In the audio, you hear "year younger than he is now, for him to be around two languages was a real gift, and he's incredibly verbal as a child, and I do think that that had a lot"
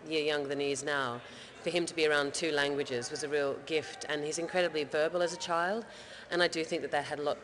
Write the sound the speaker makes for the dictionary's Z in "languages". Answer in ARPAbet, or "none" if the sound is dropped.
Z